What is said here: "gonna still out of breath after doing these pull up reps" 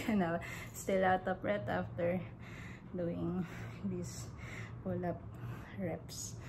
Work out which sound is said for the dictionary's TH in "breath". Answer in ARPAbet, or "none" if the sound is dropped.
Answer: T